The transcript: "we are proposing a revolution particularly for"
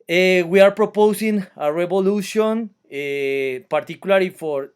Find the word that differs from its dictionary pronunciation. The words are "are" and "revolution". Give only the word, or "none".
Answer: revolution